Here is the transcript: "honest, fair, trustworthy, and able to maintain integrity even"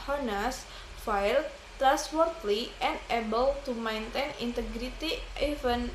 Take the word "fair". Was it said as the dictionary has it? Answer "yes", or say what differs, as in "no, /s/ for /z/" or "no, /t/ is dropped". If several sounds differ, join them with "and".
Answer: no, /l/ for /ɹ/